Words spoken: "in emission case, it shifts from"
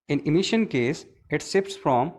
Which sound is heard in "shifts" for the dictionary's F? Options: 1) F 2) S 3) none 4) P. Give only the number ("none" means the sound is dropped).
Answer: 4